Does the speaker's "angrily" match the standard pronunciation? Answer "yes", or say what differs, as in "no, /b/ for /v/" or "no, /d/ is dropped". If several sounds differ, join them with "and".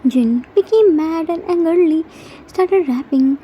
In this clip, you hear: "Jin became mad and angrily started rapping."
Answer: no, /ɹ/ is dropped